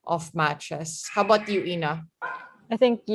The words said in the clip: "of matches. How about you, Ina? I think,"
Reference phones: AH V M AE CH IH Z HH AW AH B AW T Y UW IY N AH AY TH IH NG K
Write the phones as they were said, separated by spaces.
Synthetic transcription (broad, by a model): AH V M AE CH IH S HH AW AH B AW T Y UW IY N AH AY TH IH NG K